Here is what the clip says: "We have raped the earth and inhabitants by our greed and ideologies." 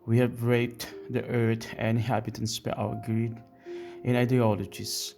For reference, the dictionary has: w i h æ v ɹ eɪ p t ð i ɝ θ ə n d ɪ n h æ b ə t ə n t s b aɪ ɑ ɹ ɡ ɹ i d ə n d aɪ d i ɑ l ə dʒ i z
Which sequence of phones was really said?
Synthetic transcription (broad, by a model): w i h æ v ɹ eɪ t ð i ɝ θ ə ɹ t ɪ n h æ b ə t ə n s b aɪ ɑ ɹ ɡ ɹ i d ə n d aɪ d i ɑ l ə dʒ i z